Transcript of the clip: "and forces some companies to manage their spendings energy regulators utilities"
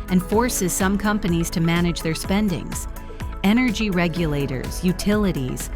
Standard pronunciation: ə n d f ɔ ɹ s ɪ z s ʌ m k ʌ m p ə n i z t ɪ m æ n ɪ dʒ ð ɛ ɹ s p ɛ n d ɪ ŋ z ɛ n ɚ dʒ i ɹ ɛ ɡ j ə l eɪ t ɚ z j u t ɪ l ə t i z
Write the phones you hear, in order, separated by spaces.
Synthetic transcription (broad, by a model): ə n f ɔ ɹ s ɪ z s ʌ m k ʌ m p ə n i z t ɪ m æ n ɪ dʒ ð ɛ ɹ s p ɛ n d ɪ ŋ z ɛ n ɚ dʒ i ɹ ɛ ɡ j ə l eɪ t ɚ z j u t ɪ l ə t i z